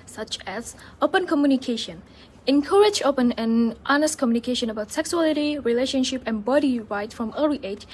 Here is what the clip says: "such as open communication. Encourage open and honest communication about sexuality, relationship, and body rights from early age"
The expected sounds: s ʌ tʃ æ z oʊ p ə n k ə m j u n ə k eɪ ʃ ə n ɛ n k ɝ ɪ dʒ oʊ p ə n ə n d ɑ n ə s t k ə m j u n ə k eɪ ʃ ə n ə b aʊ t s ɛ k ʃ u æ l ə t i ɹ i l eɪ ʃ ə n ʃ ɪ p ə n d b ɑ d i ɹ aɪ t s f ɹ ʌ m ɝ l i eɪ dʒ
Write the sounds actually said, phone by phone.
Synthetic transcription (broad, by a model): s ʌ tʃ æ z oʊ p ə n k ə m j u n ə k eɪ ʃ ə n ɛ n k ɝ ɪ dʒ oʊ p ə n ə n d ɑ n ə s t k ə m j u n ə k eɪ ʃ ə n ə b aʊ t s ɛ k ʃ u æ l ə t i ɹ i l eɪ ʃ ə n ʃ ɪ p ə n b ɑ d i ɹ aɪ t f ɹ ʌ m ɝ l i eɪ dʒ